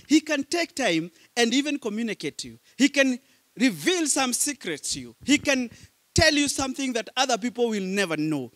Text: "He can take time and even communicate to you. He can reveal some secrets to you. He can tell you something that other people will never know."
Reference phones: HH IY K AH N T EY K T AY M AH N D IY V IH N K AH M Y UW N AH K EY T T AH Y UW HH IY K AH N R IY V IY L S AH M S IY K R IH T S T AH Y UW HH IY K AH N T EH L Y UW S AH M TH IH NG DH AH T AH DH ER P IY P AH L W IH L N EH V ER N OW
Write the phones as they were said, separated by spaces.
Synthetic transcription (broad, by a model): HH IY K AH N T EY K T AY M AH N D IY V IH N K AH M Y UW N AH K EY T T Y UW HH IY K AH N R IY V IY L S AH M S IY K R IH T S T Y UW HH IY K AH N T EH L Y UW S AH M TH IH NG DH AH T AH DH ER P IY P L W IH L N EH V ER N OW